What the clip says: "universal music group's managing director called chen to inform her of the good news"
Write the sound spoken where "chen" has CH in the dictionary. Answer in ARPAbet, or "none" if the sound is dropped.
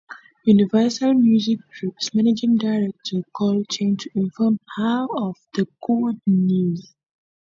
CH